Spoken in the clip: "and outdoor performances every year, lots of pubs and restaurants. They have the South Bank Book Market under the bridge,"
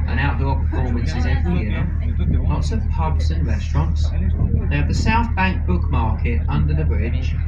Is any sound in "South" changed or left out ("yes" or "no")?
no